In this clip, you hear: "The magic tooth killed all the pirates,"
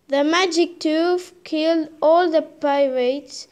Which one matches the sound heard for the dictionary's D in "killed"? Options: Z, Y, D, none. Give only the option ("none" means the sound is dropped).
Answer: D